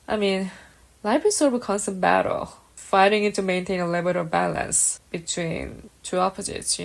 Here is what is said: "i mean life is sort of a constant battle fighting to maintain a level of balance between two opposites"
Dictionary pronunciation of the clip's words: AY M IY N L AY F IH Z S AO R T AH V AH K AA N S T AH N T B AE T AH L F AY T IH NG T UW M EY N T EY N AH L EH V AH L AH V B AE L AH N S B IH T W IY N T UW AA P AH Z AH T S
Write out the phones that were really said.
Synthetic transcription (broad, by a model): AY M IY N L AY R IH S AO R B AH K AH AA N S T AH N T B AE T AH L F AY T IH NG T UW M EY N T EY N AH L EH B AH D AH B AE L AH N S B IH T W IY N T UW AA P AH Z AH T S